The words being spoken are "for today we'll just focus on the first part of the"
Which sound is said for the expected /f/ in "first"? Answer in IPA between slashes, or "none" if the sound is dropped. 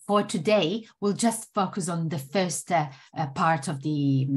/f/